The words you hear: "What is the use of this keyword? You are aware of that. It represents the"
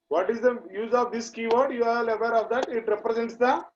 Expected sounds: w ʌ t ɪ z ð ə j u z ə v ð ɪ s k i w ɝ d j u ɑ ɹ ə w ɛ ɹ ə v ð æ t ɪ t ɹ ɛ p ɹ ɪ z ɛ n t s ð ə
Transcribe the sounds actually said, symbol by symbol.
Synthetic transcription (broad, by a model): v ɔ t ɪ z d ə j u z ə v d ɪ s k i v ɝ d j u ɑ l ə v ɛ ɹ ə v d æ t ɪ t ɹ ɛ p ɹ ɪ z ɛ n t s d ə